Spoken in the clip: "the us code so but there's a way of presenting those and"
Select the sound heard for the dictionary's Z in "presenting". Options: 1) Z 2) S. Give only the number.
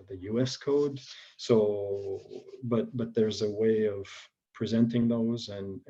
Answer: 1